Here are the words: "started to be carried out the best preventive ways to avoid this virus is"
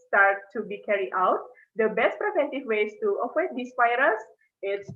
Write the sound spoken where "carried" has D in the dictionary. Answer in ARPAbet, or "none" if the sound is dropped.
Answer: none